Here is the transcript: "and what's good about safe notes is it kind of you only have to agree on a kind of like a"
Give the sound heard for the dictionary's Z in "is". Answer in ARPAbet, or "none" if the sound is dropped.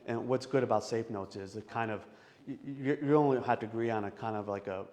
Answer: Z